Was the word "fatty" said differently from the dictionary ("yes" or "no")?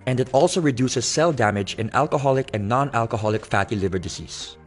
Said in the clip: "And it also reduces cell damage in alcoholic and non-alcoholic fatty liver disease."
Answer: no